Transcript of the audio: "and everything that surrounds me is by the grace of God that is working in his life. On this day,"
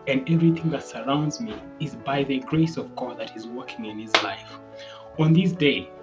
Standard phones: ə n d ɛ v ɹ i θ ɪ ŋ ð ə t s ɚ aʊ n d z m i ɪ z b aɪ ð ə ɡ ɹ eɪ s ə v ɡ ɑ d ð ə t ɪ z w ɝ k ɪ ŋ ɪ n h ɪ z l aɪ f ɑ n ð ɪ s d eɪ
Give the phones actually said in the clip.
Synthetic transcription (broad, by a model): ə n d ɛ v ɹ i θ ɪ ŋ ð ə t s ɚ aʊ n d z m i ɪ z b aɪ ð ə ɡ ɹ eɪ s ə v ɡ ɑ d ð ə t ɪ z w ɝ k ɪ ŋ ɪ n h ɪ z l aɪ f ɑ n ð ɪ s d eɪ